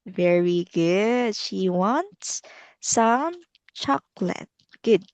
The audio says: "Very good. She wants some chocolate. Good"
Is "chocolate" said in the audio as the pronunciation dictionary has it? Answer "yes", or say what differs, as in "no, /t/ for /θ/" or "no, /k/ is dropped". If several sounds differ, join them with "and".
yes